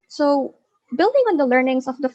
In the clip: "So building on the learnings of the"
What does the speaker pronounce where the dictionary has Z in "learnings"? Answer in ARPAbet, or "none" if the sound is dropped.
S